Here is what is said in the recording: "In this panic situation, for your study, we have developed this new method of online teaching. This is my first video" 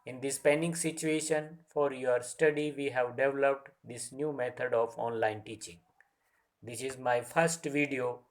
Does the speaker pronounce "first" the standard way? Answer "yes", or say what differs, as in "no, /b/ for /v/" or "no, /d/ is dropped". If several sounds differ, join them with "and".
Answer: yes